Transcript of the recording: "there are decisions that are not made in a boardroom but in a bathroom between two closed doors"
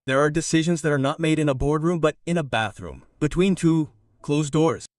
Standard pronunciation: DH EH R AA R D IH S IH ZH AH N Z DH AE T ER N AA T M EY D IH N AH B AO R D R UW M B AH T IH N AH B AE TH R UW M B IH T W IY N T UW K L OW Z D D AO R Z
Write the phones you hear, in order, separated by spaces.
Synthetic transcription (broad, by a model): DH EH R AA R D IH S IH ZH AH N Z DH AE T ER N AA T M EY D IH N AH B AO R D R UW M B AH T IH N AH B AE TH R UW M B IH T W IY N T UW K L OW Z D D AO R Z